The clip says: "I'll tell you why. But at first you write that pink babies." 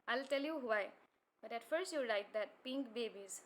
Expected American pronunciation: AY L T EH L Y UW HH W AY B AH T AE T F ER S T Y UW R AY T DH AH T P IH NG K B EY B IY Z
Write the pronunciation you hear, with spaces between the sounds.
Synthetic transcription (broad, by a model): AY L T EH L Y UW HH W AY B AH T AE T F ER S T Y UW R AY T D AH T P IH NG K B EY B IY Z